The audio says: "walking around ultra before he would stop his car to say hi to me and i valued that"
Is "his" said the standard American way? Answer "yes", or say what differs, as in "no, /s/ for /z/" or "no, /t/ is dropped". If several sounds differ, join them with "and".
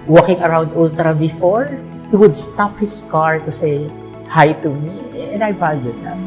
no, /s/ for /z/